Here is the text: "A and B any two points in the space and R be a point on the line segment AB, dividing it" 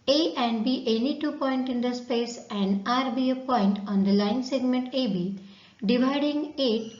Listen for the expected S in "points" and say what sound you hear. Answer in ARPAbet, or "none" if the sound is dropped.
none